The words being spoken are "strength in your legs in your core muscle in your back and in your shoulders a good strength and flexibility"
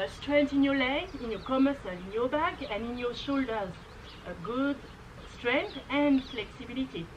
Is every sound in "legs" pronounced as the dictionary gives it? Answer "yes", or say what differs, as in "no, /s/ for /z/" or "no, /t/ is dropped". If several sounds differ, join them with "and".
no, /z/ is dropped